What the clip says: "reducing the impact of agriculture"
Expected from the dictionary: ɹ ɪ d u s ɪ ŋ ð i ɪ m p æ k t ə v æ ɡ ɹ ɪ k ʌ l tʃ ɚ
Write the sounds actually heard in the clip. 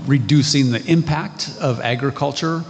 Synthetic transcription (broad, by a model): ɹ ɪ d u s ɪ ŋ ð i ɪ m p æ k t ə v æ ɡ ɹ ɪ k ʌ l tʃ ɚ